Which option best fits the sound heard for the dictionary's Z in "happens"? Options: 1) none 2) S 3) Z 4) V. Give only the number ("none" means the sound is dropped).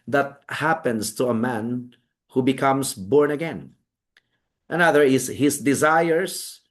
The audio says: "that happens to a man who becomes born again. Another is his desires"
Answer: 2